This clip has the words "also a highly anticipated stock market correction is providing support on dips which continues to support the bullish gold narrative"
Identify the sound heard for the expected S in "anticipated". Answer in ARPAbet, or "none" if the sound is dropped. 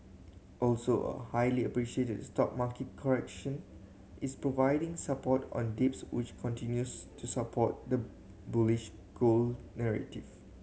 SH